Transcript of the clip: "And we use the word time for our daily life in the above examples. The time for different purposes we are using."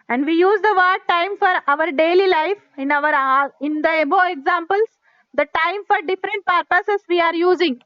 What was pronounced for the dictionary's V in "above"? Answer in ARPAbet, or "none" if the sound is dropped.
B